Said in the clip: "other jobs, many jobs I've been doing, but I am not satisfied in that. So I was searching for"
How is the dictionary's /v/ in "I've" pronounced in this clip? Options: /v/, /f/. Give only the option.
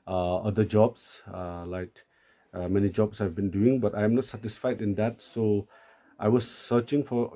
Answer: /v/